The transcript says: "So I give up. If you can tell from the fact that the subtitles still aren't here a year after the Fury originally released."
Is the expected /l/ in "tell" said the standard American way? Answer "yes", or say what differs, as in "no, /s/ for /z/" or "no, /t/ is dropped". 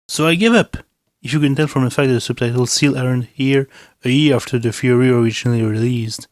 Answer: no, /n/ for /l/